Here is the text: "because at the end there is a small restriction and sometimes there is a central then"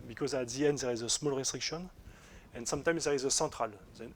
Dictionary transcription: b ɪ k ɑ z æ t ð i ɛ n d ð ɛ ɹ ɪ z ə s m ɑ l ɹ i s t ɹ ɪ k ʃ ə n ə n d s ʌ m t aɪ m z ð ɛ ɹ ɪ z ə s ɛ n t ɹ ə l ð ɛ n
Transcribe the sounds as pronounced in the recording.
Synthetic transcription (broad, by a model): b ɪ k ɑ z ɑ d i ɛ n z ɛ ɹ ɪ z ə s m ɑ l ɹ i s t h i k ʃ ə n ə n s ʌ m t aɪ m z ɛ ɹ ɪ z ə s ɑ t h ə l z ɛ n